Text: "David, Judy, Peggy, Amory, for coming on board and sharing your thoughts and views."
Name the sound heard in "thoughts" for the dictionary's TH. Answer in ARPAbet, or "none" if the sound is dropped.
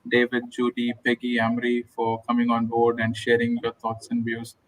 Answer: T